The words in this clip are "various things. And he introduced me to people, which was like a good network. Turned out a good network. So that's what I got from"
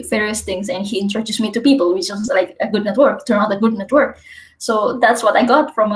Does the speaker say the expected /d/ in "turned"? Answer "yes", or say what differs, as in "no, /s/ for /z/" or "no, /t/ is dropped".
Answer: no, /d/ is dropped